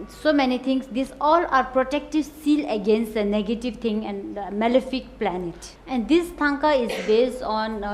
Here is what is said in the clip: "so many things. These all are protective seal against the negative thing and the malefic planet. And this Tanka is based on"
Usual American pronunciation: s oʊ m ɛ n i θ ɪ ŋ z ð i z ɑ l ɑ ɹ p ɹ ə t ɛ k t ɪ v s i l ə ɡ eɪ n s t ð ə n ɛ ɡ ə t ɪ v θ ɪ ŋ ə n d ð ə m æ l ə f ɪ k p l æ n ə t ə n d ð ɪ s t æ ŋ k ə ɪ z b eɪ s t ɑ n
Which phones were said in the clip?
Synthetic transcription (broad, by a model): s oʊ m ɛ n i t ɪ ŋ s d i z ɑ l ɑ ɹ p ɹ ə t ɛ k t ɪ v s i l ə ɡ eɪ n s t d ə n ɛ ɡ ə t ɪ v t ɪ ŋ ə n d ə m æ l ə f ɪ k p l æ n ə t ə n d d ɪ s t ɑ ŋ k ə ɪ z b eɪ s t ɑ n